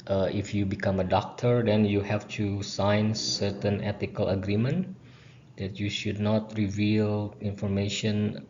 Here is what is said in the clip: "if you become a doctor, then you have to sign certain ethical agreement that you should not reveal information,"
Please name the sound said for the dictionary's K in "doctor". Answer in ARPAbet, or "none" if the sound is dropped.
K